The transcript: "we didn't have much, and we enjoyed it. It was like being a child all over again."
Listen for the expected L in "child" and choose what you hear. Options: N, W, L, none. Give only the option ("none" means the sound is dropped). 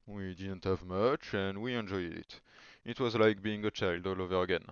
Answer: L